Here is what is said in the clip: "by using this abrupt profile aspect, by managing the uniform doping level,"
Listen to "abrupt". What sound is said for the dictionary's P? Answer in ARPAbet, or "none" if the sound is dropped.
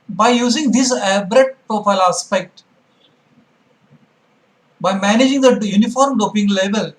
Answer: none